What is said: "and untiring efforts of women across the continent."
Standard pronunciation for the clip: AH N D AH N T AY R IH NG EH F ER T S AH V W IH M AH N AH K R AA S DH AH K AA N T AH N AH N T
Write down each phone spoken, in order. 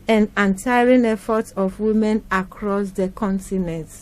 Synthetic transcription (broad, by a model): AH N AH N T AY R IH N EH F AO T AH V W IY M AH N AH K R AA S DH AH K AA N T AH N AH N T